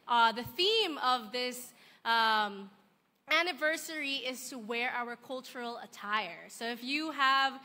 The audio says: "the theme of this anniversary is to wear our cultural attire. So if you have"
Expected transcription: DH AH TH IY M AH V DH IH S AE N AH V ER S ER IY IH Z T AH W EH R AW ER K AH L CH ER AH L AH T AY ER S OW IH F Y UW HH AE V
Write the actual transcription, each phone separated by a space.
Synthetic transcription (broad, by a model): DH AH TH IY M AH V DH IH S AE N AH V ER S ER IY IH Z T AH W EH R AW ER K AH L CH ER L AH T AY ER S OW IH F Y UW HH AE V